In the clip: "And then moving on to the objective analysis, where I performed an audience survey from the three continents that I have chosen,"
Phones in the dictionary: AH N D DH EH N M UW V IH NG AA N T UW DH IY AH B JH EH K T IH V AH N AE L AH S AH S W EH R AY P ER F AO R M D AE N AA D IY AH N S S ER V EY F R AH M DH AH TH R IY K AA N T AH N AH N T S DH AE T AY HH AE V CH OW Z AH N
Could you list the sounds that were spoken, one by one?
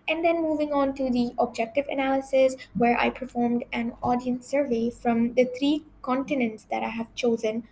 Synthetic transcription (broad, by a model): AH N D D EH N M UW V IH NG AA N T UW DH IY AH B JH EH K T IH V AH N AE L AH S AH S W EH R AY P ER F AO R M D AE N AA D IY AH N S S ER V EY F R AH M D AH T R IY K AA N T AH N AH N T S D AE T AY HH AE V CH OW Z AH N